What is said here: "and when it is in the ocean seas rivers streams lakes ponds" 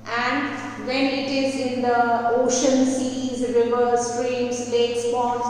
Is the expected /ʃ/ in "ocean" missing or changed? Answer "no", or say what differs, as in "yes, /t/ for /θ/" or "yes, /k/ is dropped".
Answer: no